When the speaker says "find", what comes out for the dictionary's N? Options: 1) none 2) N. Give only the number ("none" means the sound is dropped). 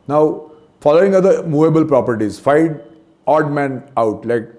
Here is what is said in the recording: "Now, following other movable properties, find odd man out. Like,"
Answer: 1